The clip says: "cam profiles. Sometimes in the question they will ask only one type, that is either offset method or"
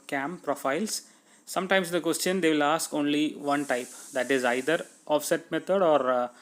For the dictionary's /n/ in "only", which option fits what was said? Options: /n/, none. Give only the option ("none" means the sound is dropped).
/n/